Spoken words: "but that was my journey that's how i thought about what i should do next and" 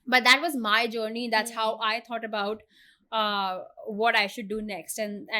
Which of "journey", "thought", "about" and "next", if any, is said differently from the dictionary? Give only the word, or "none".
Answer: thought